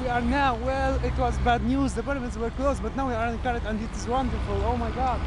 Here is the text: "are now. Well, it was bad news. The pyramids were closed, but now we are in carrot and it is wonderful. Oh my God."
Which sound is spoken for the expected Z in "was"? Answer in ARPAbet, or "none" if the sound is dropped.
Z